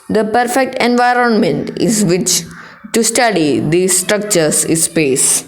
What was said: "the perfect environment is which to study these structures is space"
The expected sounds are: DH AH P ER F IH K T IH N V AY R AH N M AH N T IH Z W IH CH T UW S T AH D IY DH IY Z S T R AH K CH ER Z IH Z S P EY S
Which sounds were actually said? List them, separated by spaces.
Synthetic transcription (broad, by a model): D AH P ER F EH K T IH N V AY R AH N M AH N T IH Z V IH CH T UW S T AH D IY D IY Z S T R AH K CH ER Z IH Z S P EY S